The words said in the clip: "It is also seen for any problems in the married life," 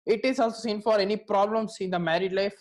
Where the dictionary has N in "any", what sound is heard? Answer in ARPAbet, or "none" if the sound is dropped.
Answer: N